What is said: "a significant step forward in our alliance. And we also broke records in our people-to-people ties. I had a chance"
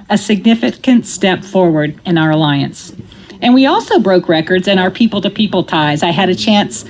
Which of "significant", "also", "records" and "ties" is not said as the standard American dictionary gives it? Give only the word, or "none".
none